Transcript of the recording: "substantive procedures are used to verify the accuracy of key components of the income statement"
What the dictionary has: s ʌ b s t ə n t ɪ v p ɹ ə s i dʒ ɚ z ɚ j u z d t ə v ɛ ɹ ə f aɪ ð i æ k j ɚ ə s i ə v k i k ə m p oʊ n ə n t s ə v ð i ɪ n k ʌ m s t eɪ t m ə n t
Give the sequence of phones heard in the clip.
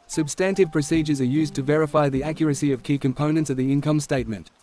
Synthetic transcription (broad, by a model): s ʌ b s t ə n t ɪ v p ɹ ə s i dʒ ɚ z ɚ j u z t ə v ɛ ɹ ə f aɪ ð i æ k j ɚ ə s i ə v k i k ə m p oʊ n ə n t s ə v ð i ɪ n k ʌ m s t eɪ t m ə n t